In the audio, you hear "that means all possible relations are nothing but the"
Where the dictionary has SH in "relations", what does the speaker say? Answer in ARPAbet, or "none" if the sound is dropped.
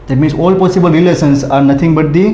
S